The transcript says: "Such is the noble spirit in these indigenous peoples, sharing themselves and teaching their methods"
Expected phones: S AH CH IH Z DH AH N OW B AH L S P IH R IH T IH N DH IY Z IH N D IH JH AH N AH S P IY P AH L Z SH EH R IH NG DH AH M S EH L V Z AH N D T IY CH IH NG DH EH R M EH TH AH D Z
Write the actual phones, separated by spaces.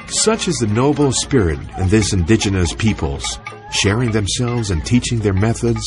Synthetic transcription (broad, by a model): S AH CH IH Z DH AH N OW B L S P IH R IH T IH N DH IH S IH N D IH JH AH N AH S P IY P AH L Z SH EH R IH NG DH AH M S EH L V Z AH N T IY CH IH NG DH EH R M EH TH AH D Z